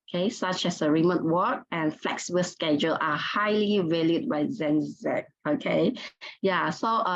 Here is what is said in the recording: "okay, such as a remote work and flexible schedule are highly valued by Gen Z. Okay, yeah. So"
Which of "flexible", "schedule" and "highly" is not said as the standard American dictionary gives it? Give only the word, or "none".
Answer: none